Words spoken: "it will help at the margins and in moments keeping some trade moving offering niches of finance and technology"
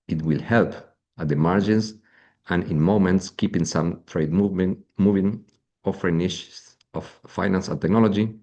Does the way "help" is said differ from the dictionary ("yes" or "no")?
no